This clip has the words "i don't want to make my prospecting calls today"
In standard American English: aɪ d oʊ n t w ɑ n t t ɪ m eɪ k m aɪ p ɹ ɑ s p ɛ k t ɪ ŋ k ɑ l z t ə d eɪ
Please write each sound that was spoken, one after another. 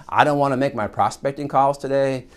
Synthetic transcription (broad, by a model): aɪ d oʊ n t w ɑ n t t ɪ m eɪ k m aɪ p ɹ ɑ s p ɛ k t ɪ ŋ k ɑ l z t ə d eɪ